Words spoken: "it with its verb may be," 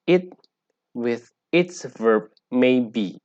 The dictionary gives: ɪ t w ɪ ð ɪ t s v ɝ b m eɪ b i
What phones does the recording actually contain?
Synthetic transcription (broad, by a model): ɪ t w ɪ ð ɪ t s v ɝ b m eɪ b i